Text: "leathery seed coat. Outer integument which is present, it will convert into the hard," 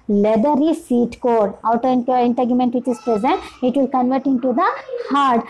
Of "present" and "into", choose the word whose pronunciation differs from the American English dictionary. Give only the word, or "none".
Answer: none